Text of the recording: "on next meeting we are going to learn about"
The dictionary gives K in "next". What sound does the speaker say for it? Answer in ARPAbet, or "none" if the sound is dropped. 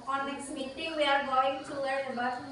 none